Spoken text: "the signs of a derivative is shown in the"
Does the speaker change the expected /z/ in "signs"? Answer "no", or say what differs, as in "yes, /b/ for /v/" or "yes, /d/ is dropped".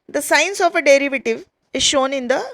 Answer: yes, /s/ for /z/